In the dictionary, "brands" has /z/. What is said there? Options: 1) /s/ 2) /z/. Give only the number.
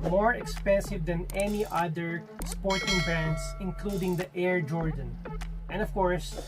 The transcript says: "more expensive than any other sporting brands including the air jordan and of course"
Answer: 1